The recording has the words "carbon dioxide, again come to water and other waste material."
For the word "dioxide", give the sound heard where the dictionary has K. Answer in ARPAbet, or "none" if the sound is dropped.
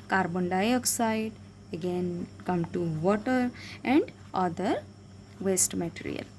K